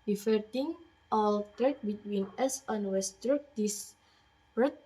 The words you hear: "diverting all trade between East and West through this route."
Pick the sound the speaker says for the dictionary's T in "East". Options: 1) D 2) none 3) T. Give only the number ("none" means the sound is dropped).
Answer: 2